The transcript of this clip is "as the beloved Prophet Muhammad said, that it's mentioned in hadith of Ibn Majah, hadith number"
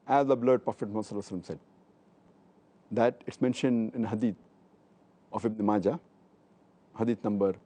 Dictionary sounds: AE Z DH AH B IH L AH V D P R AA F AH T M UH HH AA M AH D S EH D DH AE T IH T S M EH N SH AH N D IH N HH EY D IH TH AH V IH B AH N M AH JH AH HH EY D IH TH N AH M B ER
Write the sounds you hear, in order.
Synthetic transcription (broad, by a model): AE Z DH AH B L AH D P R AA F AH T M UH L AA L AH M S EH D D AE T IH T S M EH N SH AH N D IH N HH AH D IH T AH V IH B N M AH JH AH HH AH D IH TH N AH M B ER